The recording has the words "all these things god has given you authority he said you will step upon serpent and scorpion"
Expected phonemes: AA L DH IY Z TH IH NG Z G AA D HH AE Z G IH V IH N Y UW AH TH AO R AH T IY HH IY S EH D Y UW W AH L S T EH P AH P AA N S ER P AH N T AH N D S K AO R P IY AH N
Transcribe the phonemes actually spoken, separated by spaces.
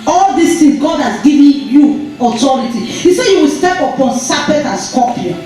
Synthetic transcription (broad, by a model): AA L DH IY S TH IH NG G AA D HH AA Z G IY V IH N Y UW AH T AO R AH T IY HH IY S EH Y UW W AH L S T EH P AH P AA N S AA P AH T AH N S K AO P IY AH